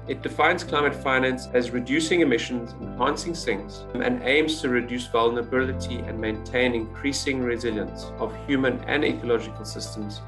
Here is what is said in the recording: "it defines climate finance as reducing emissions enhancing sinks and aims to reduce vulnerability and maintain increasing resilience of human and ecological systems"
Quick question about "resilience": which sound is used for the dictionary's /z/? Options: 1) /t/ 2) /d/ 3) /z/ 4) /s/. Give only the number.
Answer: 3